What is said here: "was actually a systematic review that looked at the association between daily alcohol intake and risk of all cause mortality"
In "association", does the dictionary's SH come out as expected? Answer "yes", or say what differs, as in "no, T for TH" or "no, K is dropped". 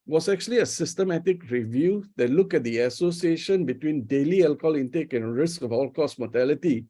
yes